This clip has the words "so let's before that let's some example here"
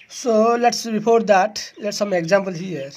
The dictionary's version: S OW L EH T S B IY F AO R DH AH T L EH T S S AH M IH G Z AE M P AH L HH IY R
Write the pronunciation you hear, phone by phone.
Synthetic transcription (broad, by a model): S OW L EH T S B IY P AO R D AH T L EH T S S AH M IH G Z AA M P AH L HH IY R